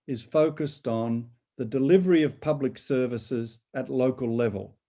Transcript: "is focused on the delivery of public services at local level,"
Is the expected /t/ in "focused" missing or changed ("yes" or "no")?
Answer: no